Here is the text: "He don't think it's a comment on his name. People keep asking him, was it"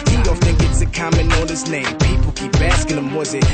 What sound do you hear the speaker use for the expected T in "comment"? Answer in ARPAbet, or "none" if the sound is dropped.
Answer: none